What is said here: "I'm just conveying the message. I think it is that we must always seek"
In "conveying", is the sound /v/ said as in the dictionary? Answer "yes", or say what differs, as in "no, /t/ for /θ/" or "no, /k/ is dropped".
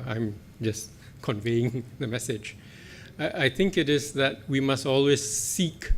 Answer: yes